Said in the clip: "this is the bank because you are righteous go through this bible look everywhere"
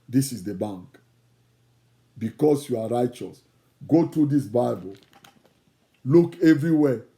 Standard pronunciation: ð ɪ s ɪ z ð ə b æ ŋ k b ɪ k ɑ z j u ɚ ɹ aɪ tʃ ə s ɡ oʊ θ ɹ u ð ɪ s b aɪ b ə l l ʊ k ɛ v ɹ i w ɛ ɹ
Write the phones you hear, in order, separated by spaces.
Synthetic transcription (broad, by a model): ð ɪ s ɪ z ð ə b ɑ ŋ k b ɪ k ɑ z j u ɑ ɹ aɪ tʃ ə s ɡ oʊ t ɹ u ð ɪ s b aɪ b ə l l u k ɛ v ɹ i w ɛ